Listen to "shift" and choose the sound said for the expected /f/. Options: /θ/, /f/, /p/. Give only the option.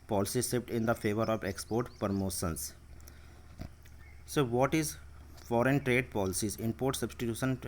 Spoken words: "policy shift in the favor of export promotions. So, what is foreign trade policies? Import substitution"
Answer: /p/